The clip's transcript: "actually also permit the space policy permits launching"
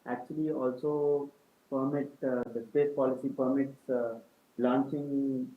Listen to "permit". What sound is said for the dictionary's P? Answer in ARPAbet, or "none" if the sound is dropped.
P